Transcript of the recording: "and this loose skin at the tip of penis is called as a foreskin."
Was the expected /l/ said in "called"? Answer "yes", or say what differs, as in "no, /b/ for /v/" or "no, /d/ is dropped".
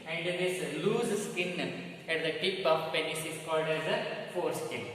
yes